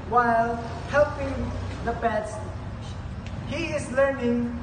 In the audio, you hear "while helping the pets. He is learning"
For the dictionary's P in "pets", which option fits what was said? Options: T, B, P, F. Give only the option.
B